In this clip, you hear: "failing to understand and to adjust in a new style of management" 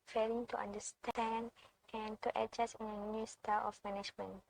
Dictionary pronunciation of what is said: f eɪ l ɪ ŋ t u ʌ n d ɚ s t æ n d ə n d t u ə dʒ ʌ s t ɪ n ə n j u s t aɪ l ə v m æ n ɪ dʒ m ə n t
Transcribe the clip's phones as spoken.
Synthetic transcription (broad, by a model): f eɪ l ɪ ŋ t u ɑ n d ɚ s t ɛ n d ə n t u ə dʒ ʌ s ɪ n ə n j u s t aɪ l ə f m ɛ n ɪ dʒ m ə n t